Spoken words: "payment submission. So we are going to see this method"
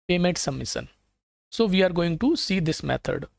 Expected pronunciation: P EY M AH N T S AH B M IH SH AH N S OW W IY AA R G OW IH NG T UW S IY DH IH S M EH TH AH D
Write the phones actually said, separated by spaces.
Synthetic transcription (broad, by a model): P EY M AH N T S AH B M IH S AH N S OW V IY AA R G OW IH NG T UW S IY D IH S M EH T AH D